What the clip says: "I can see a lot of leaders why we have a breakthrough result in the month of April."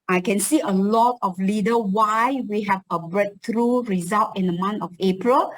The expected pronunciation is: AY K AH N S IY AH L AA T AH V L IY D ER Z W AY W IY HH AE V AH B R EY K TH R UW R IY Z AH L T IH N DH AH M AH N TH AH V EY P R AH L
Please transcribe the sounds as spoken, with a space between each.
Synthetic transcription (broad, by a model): AY K AH N S IY AH L AA T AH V L IY D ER W AY W IY HH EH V AH B R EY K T R UW R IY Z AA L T IH N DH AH M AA N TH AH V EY P R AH L